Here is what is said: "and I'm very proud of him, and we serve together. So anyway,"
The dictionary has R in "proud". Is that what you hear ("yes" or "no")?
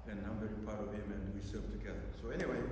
no